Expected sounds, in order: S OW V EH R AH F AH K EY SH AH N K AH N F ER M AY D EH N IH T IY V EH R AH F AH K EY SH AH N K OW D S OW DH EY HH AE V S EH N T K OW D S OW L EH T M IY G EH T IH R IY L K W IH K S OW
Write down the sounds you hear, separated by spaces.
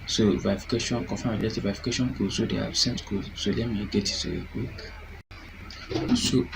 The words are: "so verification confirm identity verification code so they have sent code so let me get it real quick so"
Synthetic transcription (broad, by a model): S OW V EH R AH F AH K EY SH AH N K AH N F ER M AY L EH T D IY V EH R AH F AH K EY SH AH N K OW S OW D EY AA B S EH N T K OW S OW L EH T M IY G EH T IH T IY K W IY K S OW